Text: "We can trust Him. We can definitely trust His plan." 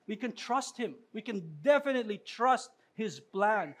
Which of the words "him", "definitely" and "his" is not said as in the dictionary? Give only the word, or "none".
none